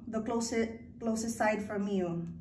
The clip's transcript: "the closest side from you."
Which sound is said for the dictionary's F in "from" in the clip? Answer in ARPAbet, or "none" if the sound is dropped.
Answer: F